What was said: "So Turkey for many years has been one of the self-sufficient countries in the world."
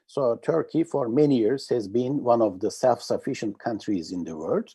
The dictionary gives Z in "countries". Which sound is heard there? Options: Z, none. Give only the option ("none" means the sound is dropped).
Z